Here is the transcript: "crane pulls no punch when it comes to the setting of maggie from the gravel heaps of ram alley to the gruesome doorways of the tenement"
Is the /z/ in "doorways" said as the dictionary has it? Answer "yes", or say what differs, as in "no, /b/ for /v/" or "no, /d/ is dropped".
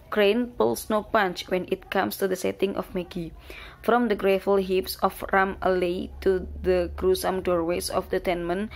no, /s/ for /z/